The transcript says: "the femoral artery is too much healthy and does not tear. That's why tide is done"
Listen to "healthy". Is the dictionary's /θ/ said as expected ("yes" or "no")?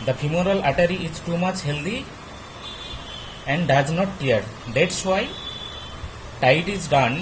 no